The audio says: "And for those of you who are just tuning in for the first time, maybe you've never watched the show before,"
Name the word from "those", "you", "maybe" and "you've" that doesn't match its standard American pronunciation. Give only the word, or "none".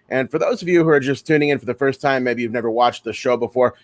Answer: none